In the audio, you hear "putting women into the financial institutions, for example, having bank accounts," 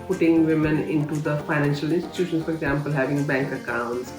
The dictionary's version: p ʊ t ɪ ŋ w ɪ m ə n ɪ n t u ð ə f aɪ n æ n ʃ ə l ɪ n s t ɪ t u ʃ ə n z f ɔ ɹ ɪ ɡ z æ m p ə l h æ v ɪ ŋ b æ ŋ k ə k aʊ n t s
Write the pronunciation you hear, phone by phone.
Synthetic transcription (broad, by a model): p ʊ t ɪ ŋ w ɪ m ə n ɪ n t u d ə f aɪ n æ n ʃ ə l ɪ n s t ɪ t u ʃ ə n s f ɔ ɹ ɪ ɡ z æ m p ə l h æ v ɪ ŋ b æ ŋ k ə k aʊ n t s